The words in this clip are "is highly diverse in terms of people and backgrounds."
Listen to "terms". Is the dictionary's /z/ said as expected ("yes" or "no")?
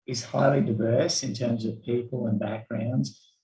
yes